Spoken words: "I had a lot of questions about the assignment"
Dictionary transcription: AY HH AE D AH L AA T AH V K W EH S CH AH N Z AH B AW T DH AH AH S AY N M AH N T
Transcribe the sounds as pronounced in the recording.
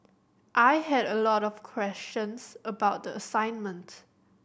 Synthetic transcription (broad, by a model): AY HH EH D AH L AA T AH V K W EH S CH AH N S AH B AW T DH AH AH S AY N M AH N T